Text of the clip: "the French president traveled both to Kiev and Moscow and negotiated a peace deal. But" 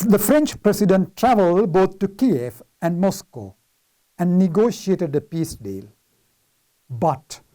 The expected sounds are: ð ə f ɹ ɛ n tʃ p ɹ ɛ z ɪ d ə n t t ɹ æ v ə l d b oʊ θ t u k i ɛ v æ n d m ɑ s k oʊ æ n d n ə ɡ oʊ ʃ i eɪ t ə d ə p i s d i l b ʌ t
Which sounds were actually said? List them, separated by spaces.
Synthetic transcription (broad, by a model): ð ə f ɹ ɛ n tʃ p ɹ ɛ s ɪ d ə n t t ɹ æ v ə l d b oʊ t t u k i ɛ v æ n d m ɑ s k oʊ æ n d n ə ɡ oʊ ʃ i eɪ t ə d ə p i s d i l b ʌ t